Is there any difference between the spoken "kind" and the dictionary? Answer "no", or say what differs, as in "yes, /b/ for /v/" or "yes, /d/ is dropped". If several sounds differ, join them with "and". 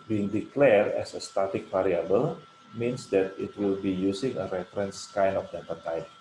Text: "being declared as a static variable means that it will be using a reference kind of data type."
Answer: yes, /d/ is dropped